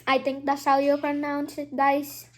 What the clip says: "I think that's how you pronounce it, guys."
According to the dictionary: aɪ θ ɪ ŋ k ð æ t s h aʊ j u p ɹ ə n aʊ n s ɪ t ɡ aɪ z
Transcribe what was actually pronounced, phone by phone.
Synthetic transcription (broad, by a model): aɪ t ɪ ŋ k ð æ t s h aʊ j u p ɹ ə n aʊ n s ɪ t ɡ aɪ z